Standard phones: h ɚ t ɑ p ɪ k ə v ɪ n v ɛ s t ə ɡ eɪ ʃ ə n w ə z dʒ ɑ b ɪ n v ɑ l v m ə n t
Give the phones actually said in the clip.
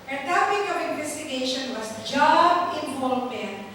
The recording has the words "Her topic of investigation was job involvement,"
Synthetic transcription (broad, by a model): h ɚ t ɑ p ɪ k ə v ɪ n v ɛ s t ə ɡ eɪ ʃ ə n w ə s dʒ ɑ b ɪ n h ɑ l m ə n